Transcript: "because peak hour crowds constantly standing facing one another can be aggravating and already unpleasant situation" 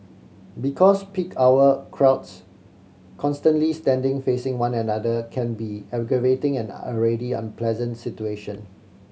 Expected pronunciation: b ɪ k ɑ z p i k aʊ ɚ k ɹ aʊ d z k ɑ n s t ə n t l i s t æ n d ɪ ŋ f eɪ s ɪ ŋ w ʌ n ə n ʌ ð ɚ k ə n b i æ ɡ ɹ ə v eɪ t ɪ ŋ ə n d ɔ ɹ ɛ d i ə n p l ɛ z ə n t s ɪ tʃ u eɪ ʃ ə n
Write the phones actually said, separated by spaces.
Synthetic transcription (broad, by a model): b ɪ k ɑ s p i k aʊ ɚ k ɹ aʊ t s k ɑ n s t ə n t l i s t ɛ n d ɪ ŋ f eɪ s ɪ ŋ w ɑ n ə n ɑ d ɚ k ə n b i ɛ ɡ ɹ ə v eɪ t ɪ ŋ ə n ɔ ɹ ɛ d i ə n p l ɛ z ə n t s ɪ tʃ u eɪ ʃ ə n